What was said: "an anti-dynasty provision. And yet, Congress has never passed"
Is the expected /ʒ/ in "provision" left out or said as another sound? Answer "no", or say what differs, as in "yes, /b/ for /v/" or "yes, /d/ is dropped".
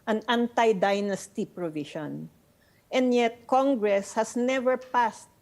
yes, /ʃ/ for /ʒ/